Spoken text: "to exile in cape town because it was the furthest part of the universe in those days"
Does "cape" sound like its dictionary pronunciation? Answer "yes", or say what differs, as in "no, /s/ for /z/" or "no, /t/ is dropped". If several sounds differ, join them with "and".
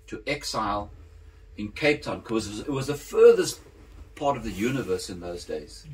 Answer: yes